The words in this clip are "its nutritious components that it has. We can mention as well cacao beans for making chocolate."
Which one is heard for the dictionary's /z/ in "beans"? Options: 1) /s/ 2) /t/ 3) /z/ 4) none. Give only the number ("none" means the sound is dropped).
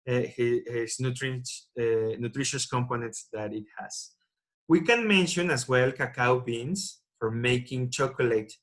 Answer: 1